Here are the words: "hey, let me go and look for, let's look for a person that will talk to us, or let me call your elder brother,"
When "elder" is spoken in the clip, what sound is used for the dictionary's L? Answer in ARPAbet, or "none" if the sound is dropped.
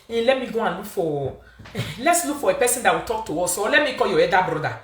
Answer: none